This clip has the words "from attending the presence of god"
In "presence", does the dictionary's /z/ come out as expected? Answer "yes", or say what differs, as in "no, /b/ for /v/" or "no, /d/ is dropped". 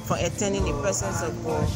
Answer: no, /s/ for /z/